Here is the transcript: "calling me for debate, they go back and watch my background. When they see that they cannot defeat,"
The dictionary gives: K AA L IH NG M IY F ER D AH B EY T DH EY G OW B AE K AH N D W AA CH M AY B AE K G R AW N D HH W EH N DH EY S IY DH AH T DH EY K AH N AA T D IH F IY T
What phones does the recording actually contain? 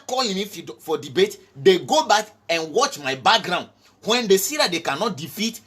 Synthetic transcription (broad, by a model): K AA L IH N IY F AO D AH B EY T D EY G OW B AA K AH N W AA CH M AY B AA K G R AW N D HH W EH N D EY S IY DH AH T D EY K AH N AA T D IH F IY T